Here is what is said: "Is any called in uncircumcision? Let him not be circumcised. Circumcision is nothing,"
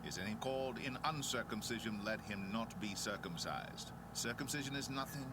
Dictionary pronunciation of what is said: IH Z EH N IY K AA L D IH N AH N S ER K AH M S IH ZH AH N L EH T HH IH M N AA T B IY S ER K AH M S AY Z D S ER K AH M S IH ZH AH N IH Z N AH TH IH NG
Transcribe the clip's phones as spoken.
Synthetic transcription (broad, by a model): IH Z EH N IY K AA L D IH N AH N S ER K AH M S IH ZH AH N L EH T HH IH M N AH T B IY S ER K AH M S AY Z D S ER K AH M S IH ZH AH N IH Z N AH TH IH NG